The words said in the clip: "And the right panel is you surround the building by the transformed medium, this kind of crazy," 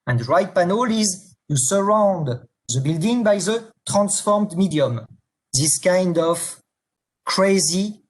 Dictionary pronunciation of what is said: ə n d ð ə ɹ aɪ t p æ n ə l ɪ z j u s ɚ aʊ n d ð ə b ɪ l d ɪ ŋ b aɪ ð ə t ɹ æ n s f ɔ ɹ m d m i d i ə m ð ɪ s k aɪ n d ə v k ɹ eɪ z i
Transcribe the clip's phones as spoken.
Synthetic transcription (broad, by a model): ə n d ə ɹ aɪ t p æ n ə l ɪ z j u s ɚ aʊ n d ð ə b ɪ l d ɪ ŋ b aɪ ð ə t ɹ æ n s f ɔ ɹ m d m i d i ə m ð ɪ s k aɪ n d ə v k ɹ eɪ z i